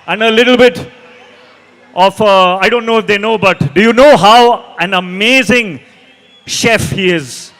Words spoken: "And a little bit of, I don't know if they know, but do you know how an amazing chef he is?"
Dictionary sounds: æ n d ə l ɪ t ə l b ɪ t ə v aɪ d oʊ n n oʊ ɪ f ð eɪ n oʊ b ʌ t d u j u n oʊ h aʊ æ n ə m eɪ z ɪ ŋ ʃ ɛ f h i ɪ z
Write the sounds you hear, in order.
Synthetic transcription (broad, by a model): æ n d ə l ɪ t ə l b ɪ t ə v aɪ d oʊ n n oʊ ɪ f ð eɪ n oʊ b ʌ t d u j u n oʊ h aʊ æ n ə m eɪ z ɪ ŋ ʃ ɛ f h i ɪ z